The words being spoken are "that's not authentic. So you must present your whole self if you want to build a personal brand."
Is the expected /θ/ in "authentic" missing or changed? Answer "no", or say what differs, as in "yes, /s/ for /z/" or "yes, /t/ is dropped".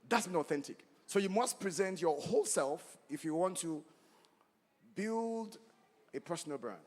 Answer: no